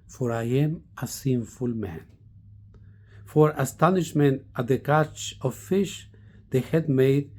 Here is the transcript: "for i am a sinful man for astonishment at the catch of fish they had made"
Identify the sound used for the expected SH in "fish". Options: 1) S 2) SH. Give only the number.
2